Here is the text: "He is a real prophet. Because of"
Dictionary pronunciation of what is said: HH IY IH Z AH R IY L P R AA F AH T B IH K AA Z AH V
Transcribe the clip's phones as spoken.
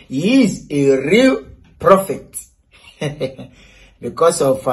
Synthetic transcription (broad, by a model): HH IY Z AH R IY L P R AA F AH T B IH K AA S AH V